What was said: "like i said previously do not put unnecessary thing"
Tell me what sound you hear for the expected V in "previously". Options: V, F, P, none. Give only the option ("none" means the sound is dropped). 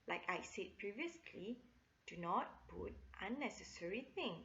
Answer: V